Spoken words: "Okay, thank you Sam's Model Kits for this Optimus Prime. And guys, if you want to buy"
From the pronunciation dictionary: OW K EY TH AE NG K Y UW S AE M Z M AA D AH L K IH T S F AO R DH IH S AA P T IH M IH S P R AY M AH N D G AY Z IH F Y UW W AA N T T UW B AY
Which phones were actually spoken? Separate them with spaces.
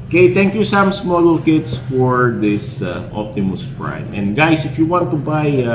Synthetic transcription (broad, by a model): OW K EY T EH NG K Y UW S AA M S M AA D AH L K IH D S F AO R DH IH S AA P T IH M IH S P R AY M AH N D G AY S IH F Y UW W AA N T T UW B AY